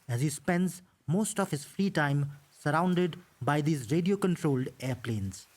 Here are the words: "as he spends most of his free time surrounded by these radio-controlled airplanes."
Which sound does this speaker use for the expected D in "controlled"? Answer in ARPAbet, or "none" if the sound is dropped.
D